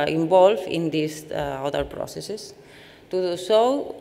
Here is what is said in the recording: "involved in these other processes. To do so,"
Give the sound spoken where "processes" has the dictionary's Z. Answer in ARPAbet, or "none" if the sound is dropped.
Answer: S